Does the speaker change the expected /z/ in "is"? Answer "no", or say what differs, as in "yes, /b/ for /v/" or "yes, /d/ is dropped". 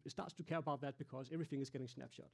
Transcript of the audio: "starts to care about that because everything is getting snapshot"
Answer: no